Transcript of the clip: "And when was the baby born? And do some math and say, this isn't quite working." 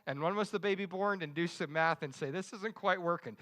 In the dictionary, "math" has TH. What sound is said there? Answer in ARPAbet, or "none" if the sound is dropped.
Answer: TH